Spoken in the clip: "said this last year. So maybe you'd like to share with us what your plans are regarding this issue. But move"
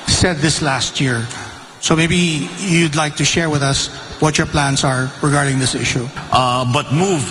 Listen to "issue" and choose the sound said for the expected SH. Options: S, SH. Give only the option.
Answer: SH